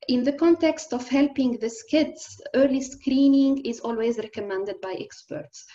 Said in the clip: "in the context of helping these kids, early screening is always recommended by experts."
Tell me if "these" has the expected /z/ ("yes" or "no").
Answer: no